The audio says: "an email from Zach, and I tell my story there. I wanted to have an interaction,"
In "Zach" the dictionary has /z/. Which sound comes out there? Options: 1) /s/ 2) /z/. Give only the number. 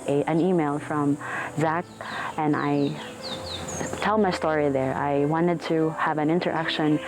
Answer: 2